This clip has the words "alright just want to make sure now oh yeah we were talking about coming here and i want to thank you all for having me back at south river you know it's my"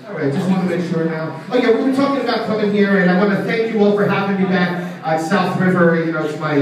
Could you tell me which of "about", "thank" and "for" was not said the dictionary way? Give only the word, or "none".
none